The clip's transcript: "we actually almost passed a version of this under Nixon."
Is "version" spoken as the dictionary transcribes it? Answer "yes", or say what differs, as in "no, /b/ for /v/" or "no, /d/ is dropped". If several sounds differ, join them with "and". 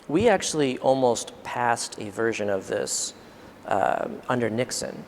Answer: yes